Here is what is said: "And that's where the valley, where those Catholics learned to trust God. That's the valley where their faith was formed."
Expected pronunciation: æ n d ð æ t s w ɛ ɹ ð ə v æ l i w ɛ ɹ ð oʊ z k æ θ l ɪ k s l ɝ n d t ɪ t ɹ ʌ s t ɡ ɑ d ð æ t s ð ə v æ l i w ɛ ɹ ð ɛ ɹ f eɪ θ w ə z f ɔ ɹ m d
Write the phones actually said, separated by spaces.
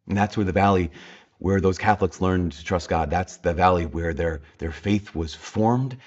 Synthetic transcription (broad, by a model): n ð æ t s w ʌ ɹ ð ə v æ l i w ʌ ɹ ð oʊ z k æ θ l ɪ k s l ɝ n t ɪ t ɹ ʌ s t ɡ ɑ d ð æ t s ð ə v æ l i w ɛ ɹ ð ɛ ɹ f eɪ θ w ə z f ɔ ɹ m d